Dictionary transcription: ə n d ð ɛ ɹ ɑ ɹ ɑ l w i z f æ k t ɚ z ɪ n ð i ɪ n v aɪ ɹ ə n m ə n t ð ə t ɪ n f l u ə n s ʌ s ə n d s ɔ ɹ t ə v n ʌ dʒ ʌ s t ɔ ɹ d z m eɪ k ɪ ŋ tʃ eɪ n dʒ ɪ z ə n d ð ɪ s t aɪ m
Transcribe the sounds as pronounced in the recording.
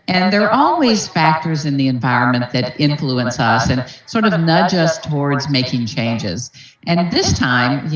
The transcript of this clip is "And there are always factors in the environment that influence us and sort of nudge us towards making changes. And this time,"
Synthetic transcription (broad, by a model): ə n ð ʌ ɹ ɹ ɑ l w i z f æ k t ɚ z ɪ n ð i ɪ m v aɪ ɹ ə n m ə n ð ə t ɪ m f l u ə n s ʌ s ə n s ɔ ɹ t ə v n ʌ dʒ ʌ s t ɔ ɹ d z m eɪ k ɪ ŋ tʃ eɪ n dʒ ɪ z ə n ð ɪ s t aɪ m